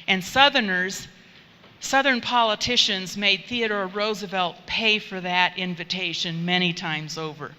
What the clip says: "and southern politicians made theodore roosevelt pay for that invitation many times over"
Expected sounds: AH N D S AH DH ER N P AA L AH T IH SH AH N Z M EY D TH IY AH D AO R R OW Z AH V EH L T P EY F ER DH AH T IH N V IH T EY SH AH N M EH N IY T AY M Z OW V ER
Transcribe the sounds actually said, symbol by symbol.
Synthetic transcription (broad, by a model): AH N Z S AH DH ER N P AA L AH T IH SH AH N Z M EY D TH IY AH D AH R R OW Z AH V EH L T P EY F ER DH AH T IH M V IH T EY SH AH N M EH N IY T AY M Z OW V ER